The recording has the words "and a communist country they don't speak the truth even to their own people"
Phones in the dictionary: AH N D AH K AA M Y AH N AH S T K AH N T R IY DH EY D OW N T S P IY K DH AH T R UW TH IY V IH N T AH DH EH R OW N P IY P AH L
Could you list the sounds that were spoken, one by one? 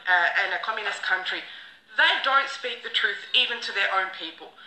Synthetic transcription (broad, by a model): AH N AH K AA M Y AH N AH S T K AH N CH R IY DH EY D OW N T S P IY K DH AH T R UW TH IY V IH N T AH DH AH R OW N P IY P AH L